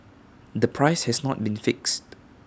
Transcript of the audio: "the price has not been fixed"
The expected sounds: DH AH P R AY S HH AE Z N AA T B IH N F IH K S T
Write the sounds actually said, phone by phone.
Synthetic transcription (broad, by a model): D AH P R AY S HH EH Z N AA T B IH N F IH K S T